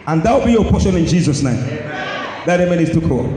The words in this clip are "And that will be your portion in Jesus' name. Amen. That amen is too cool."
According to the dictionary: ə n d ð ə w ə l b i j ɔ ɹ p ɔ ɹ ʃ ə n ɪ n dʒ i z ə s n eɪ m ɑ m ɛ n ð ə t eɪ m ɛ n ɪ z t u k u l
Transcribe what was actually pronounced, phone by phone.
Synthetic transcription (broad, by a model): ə n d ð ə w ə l b i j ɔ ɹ p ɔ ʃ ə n ɪ n dʒ i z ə s n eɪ ɑ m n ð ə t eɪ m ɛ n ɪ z t u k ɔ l